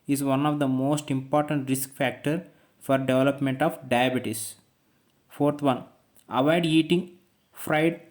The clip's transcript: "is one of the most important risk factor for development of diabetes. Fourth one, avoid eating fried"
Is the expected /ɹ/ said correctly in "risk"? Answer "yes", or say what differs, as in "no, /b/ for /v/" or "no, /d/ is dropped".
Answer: yes